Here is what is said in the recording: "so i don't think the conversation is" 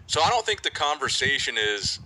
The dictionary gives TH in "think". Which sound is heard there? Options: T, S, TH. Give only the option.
TH